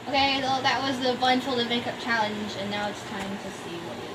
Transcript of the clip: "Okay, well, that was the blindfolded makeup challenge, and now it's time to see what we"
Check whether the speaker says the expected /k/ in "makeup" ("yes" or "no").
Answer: yes